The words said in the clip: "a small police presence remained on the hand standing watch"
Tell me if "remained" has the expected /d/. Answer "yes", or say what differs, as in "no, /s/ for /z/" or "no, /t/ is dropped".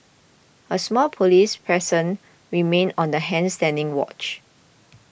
no, /d/ is dropped